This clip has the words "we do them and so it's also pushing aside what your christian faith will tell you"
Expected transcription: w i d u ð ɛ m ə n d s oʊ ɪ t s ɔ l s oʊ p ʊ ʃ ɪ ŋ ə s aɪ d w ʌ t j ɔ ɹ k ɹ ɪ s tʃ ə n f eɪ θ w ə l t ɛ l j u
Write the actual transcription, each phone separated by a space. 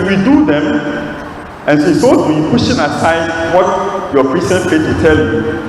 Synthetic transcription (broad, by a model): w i d u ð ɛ m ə n s oʊ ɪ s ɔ s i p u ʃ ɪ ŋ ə s aɪ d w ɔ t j ɔ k ɹ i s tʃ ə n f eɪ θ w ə t ɛ l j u